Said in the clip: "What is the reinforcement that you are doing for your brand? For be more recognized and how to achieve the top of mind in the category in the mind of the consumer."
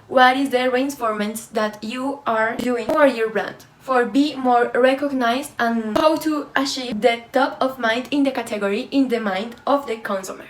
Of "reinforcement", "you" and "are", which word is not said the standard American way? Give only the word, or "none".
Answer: reinforcement